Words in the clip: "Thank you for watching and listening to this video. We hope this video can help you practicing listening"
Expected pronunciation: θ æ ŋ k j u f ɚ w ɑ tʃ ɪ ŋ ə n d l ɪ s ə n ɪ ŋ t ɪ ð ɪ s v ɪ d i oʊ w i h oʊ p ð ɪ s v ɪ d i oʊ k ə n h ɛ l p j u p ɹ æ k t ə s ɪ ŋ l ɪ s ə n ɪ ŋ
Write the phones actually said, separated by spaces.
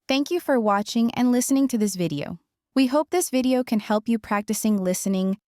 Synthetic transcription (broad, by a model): θ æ ŋ k j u f ɚ w ɑ tʃ ɪ ŋ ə n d l ɪ s ə n ɪ ŋ t ɪ ð ɪ s v ɪ d i oʊ w i h oʊ p ð ɪ s v ɪ d i oʊ k ə n h ɛ l p j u p ɹ æ k t ə s ɪ ŋ l ɪ s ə n ɪ ŋ